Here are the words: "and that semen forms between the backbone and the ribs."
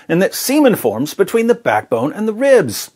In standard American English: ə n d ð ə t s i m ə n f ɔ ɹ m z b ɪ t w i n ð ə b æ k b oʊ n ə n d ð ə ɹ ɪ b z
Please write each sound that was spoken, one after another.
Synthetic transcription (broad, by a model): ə n ð ə t s i m ə n f ɔ ɹ m z b ɪ t w i n ð ə b æ k b oʊ n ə n ð ə ɹ ɪ b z